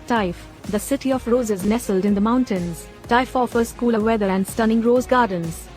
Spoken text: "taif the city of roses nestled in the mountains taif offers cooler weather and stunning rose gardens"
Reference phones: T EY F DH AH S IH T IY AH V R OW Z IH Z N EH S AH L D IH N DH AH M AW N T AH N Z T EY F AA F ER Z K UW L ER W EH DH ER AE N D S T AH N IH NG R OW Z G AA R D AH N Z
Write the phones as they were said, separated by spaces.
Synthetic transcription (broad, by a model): T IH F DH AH S IH T IY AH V R OW Z IH Z N EH S AH L D IH N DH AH M AW N T AH N Z T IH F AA F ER S K UW L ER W EH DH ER AE N D S T AH N IH NG R OW Z G AA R D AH N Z